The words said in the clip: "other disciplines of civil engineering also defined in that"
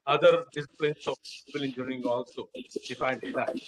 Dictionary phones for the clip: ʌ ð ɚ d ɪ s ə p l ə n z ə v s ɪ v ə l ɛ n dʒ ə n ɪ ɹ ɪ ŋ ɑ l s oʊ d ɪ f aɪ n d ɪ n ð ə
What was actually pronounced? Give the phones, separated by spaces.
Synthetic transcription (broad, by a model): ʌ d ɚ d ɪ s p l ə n s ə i p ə l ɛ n dʒ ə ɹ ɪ ŋ ɑ l s oʊ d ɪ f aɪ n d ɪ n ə